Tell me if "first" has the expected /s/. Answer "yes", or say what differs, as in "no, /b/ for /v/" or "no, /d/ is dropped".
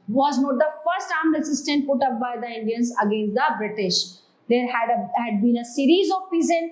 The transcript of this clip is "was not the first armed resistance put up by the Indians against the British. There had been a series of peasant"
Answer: yes